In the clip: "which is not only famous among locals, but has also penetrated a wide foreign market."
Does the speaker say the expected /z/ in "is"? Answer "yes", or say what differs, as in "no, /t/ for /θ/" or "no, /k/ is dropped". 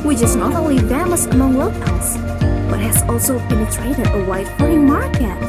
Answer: yes